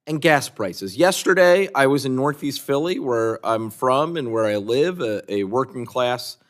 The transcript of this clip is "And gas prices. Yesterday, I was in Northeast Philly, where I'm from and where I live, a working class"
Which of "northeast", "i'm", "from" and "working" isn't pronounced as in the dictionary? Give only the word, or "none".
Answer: none